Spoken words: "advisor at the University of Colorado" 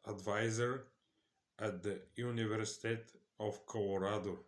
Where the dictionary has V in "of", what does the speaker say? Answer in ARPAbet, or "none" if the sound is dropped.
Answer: F